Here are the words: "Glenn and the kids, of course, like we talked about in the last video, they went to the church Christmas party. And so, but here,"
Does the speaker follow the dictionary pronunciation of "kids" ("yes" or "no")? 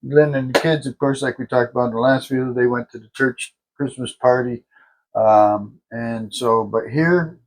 yes